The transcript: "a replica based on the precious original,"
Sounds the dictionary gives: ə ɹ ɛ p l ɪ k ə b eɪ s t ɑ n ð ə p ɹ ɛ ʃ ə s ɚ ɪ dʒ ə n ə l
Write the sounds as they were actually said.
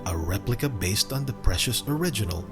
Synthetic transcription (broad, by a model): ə ɹ ɛ p l ɪ k ə b eɪ s t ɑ n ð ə p ɹ ɛ ʃ ə s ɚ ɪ dʒ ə n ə l